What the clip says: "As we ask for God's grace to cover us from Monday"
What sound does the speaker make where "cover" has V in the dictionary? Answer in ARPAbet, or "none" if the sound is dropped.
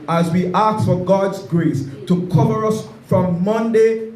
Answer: V